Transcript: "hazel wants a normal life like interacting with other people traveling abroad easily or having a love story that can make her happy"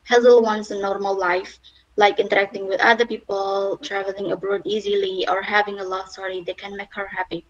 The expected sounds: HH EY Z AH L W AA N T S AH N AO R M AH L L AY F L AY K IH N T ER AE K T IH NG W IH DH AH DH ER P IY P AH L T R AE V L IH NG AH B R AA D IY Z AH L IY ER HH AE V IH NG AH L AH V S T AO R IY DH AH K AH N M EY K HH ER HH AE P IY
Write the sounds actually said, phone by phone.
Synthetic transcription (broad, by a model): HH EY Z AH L W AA N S AH N AO R M AH L L AY F L AY K IH N T ER AE K T IH NG W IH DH AH DH ER P IY P AH L T R AE V L IH NG AH B R AA D IY Z AH L IY ER HH AE V IH NG AH L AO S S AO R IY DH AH K AH N M EY K HH ER HH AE P IY